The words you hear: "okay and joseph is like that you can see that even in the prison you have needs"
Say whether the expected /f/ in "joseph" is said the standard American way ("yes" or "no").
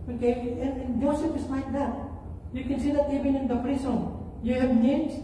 no